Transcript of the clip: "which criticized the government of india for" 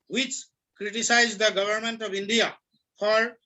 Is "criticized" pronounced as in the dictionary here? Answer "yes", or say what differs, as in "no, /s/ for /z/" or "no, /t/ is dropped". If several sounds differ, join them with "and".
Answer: yes